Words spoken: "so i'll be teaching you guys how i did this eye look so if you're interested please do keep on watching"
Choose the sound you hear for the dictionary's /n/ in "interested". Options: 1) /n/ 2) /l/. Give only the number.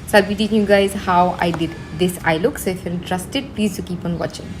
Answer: 2